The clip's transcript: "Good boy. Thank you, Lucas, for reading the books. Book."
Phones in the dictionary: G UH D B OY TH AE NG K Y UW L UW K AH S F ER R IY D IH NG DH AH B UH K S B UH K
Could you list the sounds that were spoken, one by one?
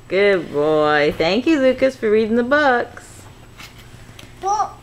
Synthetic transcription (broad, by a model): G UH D B OY TH AE NG K Y UW L UW K AH S F ER R IY D IH NG DH AH B UH K S